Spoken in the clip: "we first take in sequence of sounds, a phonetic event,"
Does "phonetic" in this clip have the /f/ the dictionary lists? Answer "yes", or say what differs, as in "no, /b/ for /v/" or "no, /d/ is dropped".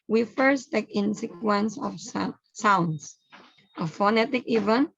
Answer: yes